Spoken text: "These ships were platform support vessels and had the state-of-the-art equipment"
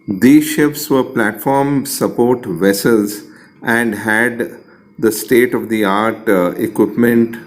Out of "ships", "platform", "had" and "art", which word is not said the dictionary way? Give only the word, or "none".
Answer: ships